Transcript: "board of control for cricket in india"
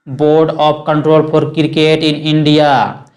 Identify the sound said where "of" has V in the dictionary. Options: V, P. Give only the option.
P